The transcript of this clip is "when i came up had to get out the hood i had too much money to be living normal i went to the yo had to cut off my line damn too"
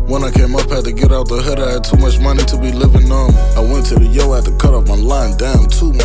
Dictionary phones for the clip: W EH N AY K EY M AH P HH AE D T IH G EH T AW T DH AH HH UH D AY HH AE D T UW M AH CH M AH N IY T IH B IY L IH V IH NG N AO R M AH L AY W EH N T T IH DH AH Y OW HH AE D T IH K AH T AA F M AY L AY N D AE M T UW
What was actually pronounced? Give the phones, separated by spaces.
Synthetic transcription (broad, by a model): W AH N AY K EY M AH P HH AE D T IH G EH T AW T DH AH HH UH D AY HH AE D T UW M AH CH M AH N IY T IH B IY L IH V IH NG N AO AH N AY W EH N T T IH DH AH Y OW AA T IH K AH T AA P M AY L AY N D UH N T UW